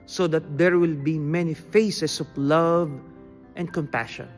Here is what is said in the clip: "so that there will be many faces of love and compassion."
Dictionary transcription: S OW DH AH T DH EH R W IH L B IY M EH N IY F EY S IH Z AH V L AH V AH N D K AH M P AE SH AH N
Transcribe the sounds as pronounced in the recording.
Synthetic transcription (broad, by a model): S OW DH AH T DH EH R W IH L B IY M EH N IY F EY S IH S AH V L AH V AH N D K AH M P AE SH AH N